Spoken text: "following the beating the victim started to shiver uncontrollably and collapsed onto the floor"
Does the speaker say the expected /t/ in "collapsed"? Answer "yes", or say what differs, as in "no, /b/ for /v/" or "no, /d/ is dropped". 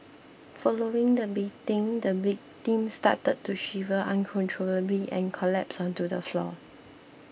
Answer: no, /t/ is dropped